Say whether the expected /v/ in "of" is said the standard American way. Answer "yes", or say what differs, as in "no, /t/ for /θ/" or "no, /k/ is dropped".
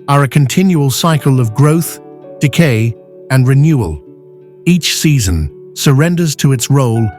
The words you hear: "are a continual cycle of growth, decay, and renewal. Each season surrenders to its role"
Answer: yes